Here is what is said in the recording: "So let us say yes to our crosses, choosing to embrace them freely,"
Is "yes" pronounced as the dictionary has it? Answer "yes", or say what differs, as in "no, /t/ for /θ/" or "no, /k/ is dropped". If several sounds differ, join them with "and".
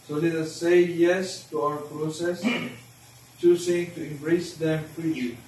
yes